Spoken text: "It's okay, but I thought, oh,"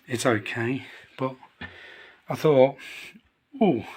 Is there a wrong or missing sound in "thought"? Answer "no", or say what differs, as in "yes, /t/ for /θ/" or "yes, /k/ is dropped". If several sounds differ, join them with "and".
no